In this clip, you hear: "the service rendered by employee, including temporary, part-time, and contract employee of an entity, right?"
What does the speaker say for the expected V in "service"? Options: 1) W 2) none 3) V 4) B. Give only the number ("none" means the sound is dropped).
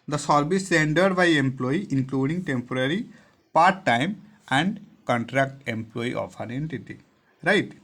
4